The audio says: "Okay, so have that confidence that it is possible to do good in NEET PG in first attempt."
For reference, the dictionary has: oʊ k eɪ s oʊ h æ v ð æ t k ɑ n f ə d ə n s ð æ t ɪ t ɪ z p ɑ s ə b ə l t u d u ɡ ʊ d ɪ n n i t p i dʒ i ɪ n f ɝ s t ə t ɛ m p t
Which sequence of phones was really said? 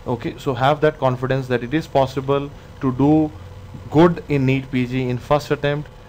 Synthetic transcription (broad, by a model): oʊ k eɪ s oʊ h æ v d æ t k ɑ n f ə d ə n s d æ t ɪ t ɪ z p ɑ s ə b ə l t u d u ɡ ʊ d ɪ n n i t p i dʒ i ɪ n f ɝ s t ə t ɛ m p t